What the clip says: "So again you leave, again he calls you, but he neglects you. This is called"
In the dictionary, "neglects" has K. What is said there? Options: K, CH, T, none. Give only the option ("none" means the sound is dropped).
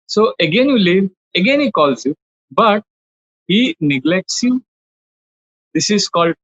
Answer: K